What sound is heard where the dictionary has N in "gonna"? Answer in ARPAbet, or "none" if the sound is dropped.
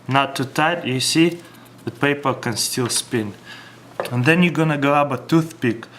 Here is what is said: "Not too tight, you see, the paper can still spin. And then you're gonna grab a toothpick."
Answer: N